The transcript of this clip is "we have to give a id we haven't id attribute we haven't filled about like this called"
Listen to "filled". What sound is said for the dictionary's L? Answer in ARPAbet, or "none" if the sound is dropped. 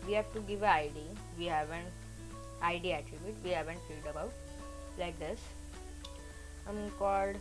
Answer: none